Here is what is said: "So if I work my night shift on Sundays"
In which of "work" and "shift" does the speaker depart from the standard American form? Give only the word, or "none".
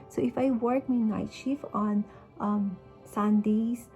shift